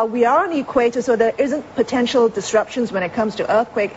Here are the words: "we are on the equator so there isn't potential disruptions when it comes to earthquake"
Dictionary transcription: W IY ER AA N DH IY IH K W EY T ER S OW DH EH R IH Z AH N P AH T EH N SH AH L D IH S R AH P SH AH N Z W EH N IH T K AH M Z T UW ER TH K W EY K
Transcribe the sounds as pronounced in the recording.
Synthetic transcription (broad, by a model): W IY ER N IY K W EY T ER S OW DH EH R IH Z AH N P AH T EH N SH AH L D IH S R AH P SH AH N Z W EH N IH T K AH M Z T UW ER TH K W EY K